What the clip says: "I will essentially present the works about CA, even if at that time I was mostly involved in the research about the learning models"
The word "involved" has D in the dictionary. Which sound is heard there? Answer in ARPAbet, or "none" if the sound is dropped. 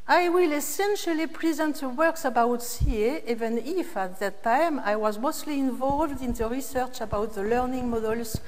D